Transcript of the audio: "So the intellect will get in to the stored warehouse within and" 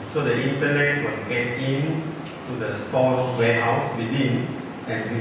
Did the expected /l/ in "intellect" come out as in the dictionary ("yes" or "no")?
no